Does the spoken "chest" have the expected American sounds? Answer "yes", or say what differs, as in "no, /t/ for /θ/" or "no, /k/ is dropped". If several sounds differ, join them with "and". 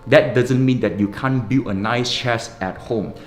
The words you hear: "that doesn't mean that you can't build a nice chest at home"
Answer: no, /t/ is dropped